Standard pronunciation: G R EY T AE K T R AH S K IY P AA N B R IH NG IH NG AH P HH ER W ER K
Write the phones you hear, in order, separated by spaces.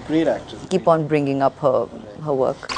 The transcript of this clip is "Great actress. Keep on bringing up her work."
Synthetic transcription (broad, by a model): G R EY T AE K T AH K IY P AA N B R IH NG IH NG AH P HH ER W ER K